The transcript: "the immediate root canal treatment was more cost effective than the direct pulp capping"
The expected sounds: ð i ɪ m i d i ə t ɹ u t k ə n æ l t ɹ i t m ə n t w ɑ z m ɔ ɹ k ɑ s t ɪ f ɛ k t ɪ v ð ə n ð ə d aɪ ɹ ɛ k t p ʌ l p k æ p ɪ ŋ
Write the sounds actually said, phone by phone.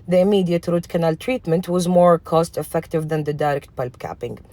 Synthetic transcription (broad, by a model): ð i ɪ m i d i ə t ɹ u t k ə n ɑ l t ɹ i t m ə n t w ɑ z m ɔ ɹ k ɑ s t ɪ f ɛ k t ɪ v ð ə n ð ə d aɪ ɹ ɛ k t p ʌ l b k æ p ɪ ŋ